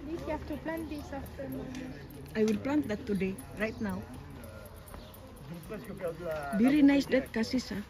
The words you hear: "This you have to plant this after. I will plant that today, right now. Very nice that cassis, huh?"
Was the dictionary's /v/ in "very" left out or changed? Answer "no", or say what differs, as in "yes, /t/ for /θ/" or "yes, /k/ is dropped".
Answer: yes, /b/ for /v/